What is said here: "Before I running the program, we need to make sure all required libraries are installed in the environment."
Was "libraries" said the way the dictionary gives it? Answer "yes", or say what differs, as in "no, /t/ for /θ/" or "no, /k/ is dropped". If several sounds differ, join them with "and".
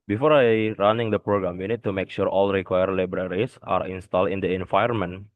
no, /s/ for /z/